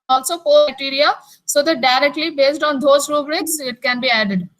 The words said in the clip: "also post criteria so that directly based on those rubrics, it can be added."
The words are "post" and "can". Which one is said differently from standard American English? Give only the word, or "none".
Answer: post